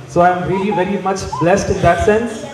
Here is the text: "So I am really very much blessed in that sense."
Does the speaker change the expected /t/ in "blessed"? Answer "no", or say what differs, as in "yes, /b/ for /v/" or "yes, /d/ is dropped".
no